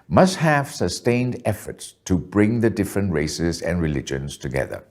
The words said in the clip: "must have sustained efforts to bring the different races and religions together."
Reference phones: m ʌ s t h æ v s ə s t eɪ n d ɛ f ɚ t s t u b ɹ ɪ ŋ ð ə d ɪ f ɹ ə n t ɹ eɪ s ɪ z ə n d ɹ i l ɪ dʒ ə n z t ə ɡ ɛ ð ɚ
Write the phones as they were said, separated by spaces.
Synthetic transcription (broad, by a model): m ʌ s t h æ v s ə s t eɪ n d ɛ f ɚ t s t u b ɹ ɪ ŋ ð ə d ɪ f ɹ ə n t ɹ eɪ s ɪ z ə n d ɹ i l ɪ dʒ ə n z t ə ɡ ɛ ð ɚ